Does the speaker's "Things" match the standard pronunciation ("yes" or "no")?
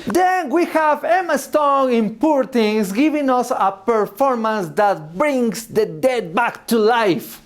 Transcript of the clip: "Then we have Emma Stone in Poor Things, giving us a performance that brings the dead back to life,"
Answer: no